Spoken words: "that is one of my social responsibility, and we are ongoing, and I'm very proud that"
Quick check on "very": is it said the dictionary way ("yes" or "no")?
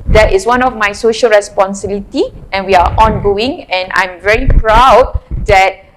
yes